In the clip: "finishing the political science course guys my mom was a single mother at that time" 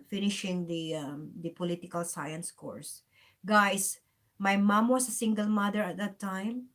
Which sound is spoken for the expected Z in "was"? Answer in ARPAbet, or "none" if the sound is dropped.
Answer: S